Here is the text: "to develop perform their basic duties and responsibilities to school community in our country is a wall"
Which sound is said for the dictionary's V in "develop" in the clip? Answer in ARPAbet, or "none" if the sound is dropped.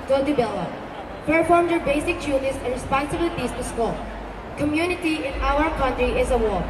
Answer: B